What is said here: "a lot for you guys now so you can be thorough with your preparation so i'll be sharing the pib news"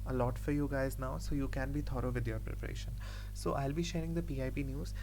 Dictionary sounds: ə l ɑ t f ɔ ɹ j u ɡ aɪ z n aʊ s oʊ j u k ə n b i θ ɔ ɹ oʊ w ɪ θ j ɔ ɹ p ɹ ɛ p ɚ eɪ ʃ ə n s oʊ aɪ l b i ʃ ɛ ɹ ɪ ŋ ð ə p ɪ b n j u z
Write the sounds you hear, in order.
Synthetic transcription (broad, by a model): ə l ɑ t f ɔ ɹ j u ɡ aɪ z n aʊ s oʊ j u k ə n b i t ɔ ɹ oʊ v ɪ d j ɔ ɹ p ɹ ɛ p ɚ eɪ ʃ ə n s oʊ aɪ l b i ʃ ɛ ɹ ɪ ŋ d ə p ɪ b n j u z